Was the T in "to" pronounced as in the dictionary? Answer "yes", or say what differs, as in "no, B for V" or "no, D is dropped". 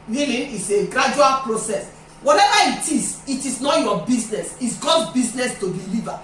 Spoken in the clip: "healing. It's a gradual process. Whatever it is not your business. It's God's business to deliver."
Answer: yes